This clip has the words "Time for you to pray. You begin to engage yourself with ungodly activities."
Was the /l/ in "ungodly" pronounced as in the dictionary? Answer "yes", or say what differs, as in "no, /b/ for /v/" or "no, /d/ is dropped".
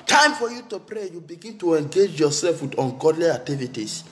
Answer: yes